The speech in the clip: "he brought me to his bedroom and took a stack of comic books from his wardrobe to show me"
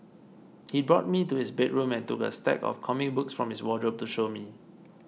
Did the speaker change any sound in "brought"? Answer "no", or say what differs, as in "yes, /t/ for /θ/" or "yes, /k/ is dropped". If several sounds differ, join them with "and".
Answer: no